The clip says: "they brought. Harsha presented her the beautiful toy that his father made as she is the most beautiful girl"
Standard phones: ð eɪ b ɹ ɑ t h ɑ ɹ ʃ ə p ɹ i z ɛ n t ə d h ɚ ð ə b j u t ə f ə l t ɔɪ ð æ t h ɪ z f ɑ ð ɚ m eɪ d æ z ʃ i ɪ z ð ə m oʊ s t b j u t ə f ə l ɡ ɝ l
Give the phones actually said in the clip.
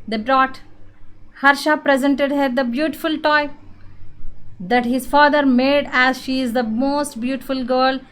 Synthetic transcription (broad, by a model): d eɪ b ɹ ɑ t h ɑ ɹ ʃ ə p ɹ i z ɛ n t ə d h ɚ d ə b j u t ə f ə l t ɔɪ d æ t h ɪ z f ɑ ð ɚ m eɪ d æ z ʃ i ɪ z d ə m oʊ s t b j u t ə f ə l ɡ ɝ l